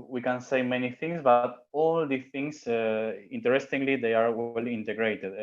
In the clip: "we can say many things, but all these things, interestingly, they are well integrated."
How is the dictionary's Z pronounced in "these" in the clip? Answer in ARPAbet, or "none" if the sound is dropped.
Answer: none